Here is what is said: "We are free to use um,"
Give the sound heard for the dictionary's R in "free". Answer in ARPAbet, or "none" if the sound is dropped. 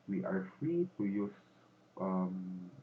R